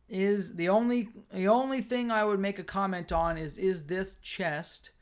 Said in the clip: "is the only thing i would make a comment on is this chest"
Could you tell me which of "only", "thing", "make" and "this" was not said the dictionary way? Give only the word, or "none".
none